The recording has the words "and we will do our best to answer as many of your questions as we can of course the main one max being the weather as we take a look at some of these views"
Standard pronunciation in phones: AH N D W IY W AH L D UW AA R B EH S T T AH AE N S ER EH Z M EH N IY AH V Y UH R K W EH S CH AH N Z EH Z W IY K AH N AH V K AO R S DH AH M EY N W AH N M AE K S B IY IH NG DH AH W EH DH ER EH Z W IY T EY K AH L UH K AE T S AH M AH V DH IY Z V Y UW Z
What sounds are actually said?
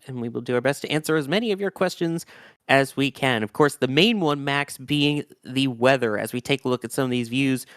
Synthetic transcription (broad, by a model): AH N W IY W AH L D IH AA R B EH S T T AE N S ER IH Z M EH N IY AH V Y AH R K W EH S CH AH N Z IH Z W IY K AH N AH V K AO R S DH AH M EY N W AH N M AE K S B IY IH NG DH AH W EH DH ER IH Z W IY T EY K AH L UH K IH T S AH M AH V DH IY Z V Y UW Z